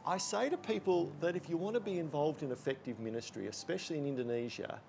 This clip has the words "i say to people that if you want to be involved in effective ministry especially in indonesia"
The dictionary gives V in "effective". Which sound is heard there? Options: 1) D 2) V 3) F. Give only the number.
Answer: 2